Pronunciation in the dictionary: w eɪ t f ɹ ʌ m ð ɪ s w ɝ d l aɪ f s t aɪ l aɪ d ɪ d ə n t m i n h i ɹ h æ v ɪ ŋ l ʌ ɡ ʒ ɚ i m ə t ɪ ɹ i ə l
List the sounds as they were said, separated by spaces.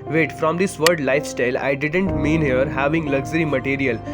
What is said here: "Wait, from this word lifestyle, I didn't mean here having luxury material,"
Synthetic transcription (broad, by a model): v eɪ t f ɹ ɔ m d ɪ s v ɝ d l aɪ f s t aɪ l aɪ d ɪ d ə n t m i n h i ɹ h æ v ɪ ŋ l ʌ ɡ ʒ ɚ i m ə t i ɹ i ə l